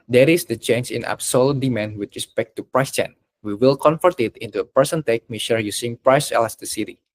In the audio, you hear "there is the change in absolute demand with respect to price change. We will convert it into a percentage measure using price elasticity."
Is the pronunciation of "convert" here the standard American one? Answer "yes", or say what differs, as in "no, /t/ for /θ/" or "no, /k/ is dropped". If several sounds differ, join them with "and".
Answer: no, /f/ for /v/